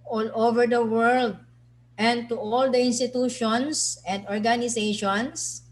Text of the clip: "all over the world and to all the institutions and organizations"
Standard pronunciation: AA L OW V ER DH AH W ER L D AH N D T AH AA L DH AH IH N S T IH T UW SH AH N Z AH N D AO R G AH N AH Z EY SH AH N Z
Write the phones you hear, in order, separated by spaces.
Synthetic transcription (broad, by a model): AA L OW V ER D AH W ER L D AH N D T AH AA L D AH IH N S T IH T UW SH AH N S AH N D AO R G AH N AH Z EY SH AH N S